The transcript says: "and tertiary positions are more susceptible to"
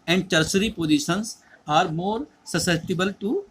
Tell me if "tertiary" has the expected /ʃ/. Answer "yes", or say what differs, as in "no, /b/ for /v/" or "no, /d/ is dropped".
no, /s/ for /ʃ/